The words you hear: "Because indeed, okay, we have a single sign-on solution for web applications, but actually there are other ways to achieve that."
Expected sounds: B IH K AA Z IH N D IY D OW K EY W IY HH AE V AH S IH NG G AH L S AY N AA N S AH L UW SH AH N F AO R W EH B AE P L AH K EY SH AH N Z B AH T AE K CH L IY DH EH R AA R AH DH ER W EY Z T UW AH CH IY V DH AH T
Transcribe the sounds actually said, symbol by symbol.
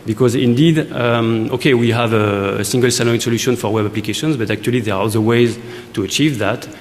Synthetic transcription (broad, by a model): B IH K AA Z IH N D IY D OW K EY W IY HH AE V AH S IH NG G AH L S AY L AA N S AH L UW SH AH N F AO R W EH B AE P L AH K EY SH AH N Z B AH T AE K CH L IY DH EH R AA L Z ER W EY Z T UW AH CH IY V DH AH T